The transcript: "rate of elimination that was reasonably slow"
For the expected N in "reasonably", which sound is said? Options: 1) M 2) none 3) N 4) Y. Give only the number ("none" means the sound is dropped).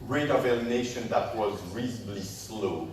2